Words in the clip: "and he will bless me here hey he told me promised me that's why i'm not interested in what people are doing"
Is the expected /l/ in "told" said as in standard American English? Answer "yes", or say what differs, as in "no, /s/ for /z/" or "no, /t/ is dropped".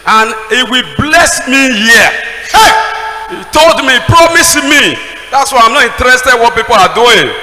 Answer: yes